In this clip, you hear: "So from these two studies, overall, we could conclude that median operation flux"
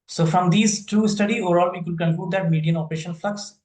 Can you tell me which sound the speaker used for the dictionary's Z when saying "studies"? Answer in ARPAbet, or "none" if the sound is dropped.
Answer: none